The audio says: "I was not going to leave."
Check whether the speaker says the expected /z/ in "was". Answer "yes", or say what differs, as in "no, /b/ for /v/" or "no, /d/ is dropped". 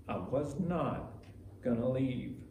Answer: yes